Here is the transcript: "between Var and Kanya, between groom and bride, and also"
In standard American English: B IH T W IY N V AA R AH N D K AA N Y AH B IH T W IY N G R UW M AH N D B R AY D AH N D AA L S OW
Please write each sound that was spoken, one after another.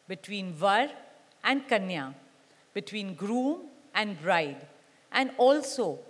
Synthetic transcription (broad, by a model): B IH T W IY N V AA R AH N D K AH N Y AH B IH T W IY N G R UW M AH N D B R AY D AH N D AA L S OW